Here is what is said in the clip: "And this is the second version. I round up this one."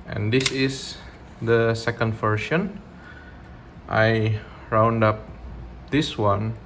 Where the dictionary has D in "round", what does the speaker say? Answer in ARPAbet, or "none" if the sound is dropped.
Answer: D